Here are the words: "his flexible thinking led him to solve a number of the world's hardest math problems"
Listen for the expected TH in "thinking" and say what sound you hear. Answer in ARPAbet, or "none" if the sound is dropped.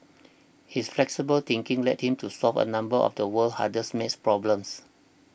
T